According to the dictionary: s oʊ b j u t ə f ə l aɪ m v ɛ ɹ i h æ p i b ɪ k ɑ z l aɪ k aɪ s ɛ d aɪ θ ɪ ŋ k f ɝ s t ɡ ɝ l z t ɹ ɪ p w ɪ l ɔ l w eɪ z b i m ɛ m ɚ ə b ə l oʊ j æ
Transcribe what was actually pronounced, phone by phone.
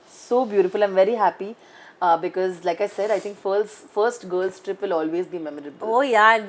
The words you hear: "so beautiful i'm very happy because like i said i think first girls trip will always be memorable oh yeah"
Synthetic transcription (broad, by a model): s oʊ b j u t ə f ə l aɪ m v ɛ ɹ i h æ p i b ɪ k ɑ z l aɪ k aɪ s ɛ d aɪ t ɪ ŋ k f ɝ s t ɡ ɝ l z t ɹ ɪ p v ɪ l ɔ l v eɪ z b i m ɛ m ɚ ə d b oʊ j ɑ